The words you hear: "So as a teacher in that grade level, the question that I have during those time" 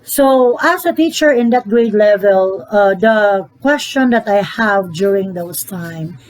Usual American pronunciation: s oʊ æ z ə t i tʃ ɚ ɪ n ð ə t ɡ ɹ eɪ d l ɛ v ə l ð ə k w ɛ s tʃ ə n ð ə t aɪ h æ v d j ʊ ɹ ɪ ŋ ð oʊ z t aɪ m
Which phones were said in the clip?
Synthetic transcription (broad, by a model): s oʊ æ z ə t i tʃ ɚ ɪ n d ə t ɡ ɹ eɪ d l ɛ v ə l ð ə k w ɛ s tʃ ə n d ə t aɪ h æ v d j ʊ ɹ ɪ ŋ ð oʊ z t aɪ m